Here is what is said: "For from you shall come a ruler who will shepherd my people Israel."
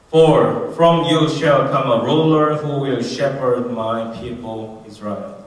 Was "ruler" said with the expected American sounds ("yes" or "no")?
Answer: yes